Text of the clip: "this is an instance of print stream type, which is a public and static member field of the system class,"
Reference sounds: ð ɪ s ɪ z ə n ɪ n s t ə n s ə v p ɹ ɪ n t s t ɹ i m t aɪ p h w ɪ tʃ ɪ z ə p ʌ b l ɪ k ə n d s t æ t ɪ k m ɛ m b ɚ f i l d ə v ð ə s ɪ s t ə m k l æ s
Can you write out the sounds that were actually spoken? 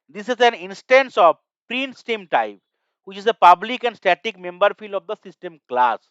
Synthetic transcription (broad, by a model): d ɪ s ɪ z ə n ɪ n s t ə n s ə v p ɹ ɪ n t s t i m t aɪ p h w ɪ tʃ ɪ z ə p ʌ b l ɪ k ə n d s t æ t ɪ k m ɛ m b ɚ f i l d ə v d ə s ɪ s t ə m k l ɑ s